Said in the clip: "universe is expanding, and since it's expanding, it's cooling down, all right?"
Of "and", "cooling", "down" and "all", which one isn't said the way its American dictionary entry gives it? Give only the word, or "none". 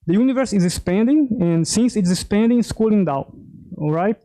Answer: down